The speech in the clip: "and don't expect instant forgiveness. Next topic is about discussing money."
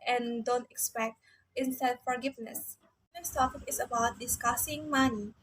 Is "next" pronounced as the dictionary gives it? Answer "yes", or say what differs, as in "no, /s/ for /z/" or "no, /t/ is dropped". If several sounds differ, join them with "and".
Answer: no, /k/ is dropped